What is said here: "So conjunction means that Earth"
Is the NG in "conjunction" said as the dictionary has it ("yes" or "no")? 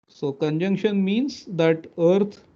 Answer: yes